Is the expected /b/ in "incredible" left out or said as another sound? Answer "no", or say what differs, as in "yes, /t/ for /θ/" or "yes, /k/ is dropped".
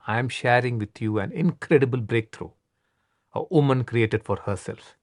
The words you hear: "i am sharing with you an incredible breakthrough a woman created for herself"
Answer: no